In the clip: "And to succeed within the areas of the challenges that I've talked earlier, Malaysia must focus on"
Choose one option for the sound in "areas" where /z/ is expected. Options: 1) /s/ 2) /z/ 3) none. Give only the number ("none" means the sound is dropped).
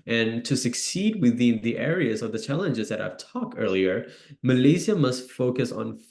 2